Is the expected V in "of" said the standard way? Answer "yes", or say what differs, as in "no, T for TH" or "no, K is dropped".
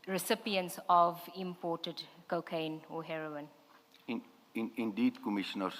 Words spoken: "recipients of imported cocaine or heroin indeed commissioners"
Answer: yes